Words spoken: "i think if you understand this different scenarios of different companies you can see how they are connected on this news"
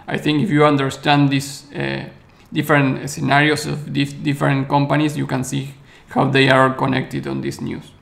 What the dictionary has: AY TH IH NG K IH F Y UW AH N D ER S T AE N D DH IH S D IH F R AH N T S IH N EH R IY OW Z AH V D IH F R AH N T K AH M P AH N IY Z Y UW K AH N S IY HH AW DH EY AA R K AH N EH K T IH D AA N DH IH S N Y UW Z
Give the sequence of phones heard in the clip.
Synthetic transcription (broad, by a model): AY TH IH NG K IH F Y UW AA N D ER S T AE N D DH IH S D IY F R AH N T S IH N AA R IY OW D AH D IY F R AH N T K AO M P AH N IY S Y UW K AH N S IY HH AW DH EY AA R K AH N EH K T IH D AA N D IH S N Y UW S